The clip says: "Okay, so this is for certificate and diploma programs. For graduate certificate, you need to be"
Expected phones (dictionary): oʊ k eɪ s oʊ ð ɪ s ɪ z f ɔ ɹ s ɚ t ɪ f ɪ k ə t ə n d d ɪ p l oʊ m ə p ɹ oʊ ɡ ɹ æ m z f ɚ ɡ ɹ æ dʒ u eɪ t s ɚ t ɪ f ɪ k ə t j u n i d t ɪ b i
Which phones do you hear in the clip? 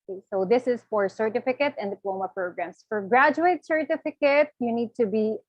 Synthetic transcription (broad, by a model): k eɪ s oʊ ð ɪ s ɪ z f ɔ ɹ s ɚ t ɪ f ɪ k ə t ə n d d ɪ p l oʊ m ə p ɹ oʊ ɡ ɹ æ m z f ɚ ɡ ɹ æ dʒ u eɪ t s ɚ t ɪ f ɪ k ə t j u n i d t ɪ b i